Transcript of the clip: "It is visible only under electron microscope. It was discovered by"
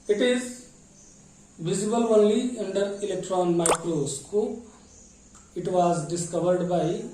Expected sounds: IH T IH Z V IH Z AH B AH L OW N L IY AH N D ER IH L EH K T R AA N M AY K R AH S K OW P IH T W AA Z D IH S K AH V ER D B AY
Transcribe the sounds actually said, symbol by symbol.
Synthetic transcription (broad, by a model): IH T IH Z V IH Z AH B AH L OW N L IY AH N D ER IH L EH K T R AA N M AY K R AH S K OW IH T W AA Z D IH S K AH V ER D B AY